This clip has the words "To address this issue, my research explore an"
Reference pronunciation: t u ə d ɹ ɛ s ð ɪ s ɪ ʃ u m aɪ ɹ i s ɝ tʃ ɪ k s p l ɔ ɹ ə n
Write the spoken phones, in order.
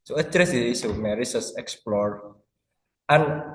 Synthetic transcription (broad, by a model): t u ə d ɹ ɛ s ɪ ɪ s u m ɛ ɹ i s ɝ s ɪ k s p l ɔ ɹ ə n